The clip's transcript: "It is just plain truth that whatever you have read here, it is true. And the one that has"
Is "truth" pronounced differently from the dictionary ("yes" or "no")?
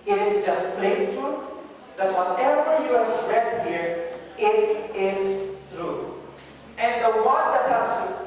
yes